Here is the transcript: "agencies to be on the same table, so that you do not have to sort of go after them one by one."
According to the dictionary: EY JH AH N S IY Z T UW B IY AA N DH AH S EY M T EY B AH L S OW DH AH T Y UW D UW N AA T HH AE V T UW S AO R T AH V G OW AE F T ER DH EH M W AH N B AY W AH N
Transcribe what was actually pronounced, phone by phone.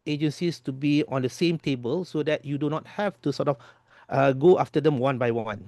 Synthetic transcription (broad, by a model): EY JH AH N S IY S T UW B IY AA N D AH S EY M T EY B AH L S OW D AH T Y UW D UW N AA T HH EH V T UW S AO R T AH F G OW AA F T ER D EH M W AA N B AY W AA N